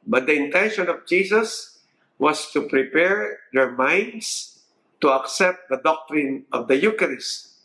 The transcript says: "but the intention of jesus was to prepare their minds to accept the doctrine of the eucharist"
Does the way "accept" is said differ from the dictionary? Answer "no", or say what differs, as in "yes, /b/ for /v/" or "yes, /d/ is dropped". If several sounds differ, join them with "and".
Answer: no